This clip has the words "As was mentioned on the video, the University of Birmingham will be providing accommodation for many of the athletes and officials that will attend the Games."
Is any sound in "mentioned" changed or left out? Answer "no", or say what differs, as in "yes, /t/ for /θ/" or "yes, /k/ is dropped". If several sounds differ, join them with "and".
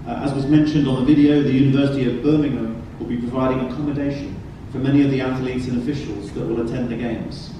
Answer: no